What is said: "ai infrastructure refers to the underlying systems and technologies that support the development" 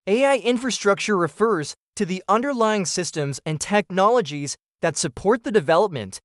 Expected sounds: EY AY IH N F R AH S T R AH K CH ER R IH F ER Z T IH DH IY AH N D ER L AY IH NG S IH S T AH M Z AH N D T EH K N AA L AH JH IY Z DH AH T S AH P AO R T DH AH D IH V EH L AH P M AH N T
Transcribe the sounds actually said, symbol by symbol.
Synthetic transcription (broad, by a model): EY AY IH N F R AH S T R AH K CH ER R IH F ER Z T IH DH IY AH N D ER L AY IH NG S IH S T AH M Z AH N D T EH K N AA L AH JH IY Z DH AH T S AH P AO R T DH AH D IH V EH L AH P M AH N T